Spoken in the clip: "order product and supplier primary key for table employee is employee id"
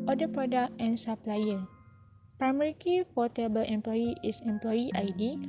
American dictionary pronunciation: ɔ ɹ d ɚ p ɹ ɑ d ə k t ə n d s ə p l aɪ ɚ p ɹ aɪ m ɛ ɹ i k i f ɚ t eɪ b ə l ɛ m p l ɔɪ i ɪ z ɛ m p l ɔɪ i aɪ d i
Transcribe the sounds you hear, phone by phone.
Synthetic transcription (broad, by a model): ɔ d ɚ p ɹ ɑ d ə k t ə n s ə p l aɪ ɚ p ɹ aɪ m ɛ ɹ i k i f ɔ t eɪ b ə l ɛ m p l ɔɪ i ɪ s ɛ m p l ɔɪ i aɪ d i